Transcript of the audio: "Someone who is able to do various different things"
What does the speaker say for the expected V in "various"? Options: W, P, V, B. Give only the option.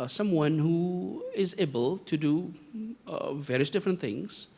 V